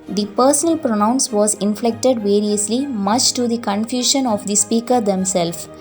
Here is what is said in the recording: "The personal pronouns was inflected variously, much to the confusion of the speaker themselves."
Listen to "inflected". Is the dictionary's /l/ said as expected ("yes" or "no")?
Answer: yes